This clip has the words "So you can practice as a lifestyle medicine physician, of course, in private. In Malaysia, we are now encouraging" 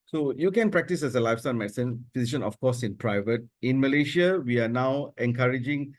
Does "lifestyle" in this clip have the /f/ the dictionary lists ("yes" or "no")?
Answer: yes